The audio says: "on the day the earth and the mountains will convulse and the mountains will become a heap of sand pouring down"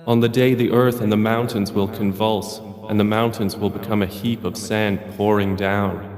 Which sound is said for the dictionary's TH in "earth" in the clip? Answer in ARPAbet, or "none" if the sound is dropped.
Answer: TH